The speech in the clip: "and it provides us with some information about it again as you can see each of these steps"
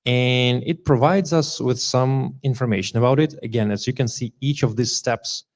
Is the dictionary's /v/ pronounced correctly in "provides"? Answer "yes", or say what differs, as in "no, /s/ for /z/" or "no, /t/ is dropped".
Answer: yes